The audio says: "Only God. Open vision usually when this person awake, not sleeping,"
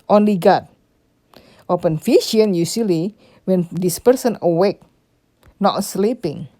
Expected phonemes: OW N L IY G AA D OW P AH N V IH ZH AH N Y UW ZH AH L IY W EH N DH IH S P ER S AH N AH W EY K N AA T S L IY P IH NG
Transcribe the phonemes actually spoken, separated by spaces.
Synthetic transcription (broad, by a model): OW N L IY G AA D OW P AH N F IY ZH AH N Y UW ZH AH L IY W EH N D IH S P ER S AH N AH W EY K N AA T S L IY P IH NG